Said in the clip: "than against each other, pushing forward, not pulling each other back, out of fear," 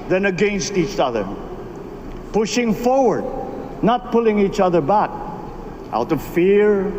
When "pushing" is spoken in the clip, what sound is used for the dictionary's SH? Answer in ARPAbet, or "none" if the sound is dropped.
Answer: SH